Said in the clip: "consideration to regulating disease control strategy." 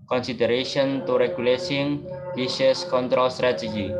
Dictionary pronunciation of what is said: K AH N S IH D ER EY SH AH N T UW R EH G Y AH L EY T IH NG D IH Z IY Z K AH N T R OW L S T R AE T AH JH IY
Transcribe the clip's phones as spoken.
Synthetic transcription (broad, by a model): K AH N S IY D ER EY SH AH N T UW R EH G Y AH L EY S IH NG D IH S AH S K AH N T R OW L S T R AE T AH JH IY